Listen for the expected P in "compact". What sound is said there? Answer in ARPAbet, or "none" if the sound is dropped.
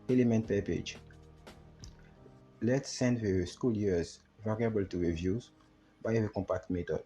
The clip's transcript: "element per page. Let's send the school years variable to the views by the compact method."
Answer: P